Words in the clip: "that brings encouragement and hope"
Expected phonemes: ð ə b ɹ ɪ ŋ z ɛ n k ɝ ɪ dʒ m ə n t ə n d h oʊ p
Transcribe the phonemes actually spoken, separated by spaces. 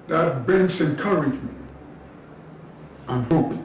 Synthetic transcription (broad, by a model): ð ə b ɪ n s ɛ n k ɝ ɪ dʒ m ə n t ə n h oʊ p